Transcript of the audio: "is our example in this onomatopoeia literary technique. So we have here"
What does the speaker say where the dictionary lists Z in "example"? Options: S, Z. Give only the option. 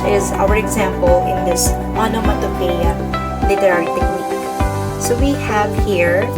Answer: Z